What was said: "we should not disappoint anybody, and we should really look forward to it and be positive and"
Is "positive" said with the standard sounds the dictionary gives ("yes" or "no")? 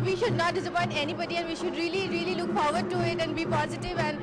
yes